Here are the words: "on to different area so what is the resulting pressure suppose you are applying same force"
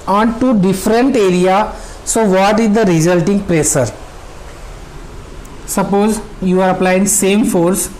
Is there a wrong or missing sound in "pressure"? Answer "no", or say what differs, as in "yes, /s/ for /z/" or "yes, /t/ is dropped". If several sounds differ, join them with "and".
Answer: yes, /s/ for /ʃ/